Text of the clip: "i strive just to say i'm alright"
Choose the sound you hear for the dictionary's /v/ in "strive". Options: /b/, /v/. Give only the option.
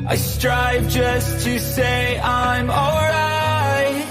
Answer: /v/